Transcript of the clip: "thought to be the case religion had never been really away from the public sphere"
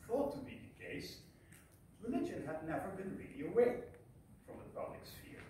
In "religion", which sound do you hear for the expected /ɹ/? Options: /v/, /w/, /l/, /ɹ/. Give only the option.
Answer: /l/